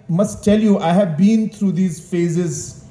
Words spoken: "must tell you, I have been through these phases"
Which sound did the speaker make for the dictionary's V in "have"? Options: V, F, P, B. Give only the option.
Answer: V